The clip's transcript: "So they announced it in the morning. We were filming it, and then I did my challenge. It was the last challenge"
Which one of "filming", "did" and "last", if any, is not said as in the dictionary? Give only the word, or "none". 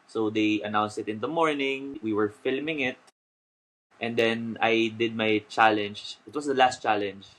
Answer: none